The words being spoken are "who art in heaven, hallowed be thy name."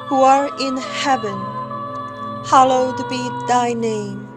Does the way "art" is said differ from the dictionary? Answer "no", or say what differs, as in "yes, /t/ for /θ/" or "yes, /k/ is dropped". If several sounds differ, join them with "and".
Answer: yes, /t/ is dropped